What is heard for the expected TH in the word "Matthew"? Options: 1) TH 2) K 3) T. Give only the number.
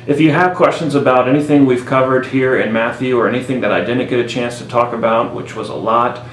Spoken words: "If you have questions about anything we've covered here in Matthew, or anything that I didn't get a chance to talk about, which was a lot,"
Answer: 1